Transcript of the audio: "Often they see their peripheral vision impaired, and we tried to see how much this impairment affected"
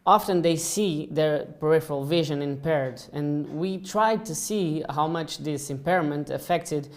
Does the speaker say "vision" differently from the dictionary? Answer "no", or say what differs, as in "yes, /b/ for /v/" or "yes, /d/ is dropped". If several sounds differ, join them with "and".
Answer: no